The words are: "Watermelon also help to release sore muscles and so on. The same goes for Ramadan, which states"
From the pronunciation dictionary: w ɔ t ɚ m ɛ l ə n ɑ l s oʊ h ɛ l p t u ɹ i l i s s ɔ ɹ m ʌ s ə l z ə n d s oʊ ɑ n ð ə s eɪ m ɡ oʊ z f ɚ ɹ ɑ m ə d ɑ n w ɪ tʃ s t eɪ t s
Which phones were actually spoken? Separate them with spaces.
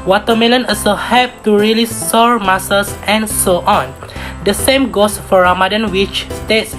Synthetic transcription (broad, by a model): w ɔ t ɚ m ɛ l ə n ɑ s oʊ h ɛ p t u ɹ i l i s s ɔ ɹ m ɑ s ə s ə n s oʊ ɑ n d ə s eɪ m ɡ oʊ s f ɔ ɹ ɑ m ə d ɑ n w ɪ tʃ s t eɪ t s